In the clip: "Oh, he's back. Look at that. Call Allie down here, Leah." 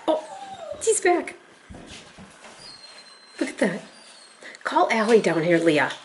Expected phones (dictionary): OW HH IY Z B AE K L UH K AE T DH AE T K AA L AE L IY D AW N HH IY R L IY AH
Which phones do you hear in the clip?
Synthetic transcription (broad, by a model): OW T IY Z B AE K L UH K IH T DH AE T K AA L AE L IY D AW N HH IY R L IY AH